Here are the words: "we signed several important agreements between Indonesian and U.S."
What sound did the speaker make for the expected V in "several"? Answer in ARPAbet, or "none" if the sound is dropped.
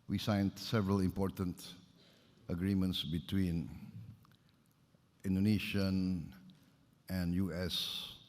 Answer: V